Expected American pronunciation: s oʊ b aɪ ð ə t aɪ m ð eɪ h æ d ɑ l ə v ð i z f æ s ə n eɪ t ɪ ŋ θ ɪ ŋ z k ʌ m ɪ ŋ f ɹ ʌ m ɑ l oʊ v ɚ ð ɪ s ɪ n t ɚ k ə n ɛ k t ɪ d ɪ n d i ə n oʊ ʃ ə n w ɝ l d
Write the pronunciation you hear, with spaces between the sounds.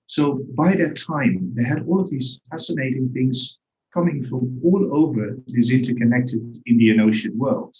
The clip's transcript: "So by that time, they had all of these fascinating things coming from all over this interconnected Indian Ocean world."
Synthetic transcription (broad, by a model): s oʊ b aɪ ð ə t aɪ m ð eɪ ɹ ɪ d ɑ l ə v ð i z f æ s ə n eɪ t ɪ ŋ θ ɪ ŋ z k ʌ m ɪ ŋ f ɹ ʌ m ɑ l oʊ v ɚ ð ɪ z ɪ n t ɚ k ə n ɛ k t ɪ d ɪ n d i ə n oʊ ʃ ə n w ɝ l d